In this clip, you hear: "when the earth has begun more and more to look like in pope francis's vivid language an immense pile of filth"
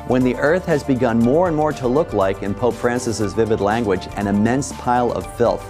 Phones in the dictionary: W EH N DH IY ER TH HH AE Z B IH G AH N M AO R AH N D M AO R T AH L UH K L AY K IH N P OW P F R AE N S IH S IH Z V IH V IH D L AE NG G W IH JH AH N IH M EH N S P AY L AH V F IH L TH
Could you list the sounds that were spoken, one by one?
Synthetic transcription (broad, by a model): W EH N DH IY ER TH HH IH Z B IH G AH N M AO R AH N M AO R T AH L UH K L AY K IH N P OW P F R AE N S IH S IH Z V IH V IH D L AE NG G W IH JH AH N IH M EH N S P AY L AH V F IH L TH